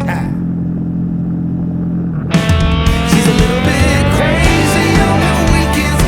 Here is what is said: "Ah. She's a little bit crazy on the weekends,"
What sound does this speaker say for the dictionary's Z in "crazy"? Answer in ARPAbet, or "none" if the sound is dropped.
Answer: Z